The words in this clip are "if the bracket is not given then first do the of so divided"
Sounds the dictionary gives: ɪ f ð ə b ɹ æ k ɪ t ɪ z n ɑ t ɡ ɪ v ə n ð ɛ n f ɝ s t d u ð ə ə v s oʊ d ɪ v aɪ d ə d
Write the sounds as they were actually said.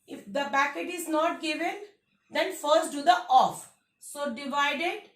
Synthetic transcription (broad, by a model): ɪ f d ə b æ k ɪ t ɪ z n ɑ t ɡ ɪ v ə n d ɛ n f ɝ s t d u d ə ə f s oʊ d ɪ v aɪ d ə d